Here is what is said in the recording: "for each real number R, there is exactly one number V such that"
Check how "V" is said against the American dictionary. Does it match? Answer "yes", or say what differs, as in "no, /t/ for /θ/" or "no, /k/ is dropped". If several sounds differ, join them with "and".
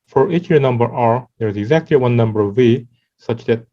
yes